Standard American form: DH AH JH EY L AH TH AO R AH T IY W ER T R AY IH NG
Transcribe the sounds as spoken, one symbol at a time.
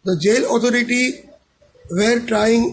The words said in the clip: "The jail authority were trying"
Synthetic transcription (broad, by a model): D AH JH EY L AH T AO R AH T IY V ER T R AY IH NG